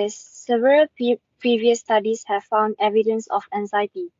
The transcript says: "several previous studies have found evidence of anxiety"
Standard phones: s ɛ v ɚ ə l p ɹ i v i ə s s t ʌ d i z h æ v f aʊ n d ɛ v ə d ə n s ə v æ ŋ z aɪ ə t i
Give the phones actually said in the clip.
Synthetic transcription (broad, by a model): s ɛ v ɚ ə l p ɹ i v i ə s s t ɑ d i s h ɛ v f aʊ n d ɛ v ə d ə n s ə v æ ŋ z aɪ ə t i